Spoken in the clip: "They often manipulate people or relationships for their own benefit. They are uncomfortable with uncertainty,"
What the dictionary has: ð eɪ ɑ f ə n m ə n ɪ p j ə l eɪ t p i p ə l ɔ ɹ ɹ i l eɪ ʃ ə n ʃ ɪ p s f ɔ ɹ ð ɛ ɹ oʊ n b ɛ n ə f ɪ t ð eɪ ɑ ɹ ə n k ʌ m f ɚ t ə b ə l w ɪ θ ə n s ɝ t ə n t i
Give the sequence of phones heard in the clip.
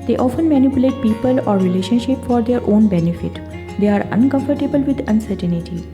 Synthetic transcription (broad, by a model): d eɪ ɑ f ə n m ə n ɪ p j ə l eɪ t p i p ə l ɔ ɹ ɹ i l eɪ ʃ ə n ʃ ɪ p f ɔ ɹ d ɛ ɹ oʊ n b ɛ n ə f ɪ t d eɪ ɑ ɹ ə n k ʌ m f ɚ t ə b ə l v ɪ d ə n s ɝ t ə n t i